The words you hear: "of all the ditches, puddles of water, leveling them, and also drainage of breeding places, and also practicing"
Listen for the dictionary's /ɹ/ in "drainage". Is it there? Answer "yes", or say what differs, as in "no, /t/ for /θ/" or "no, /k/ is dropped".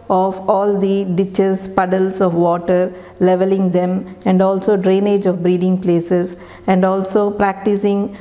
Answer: yes